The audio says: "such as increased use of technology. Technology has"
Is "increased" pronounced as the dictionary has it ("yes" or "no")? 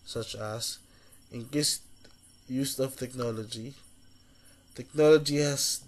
no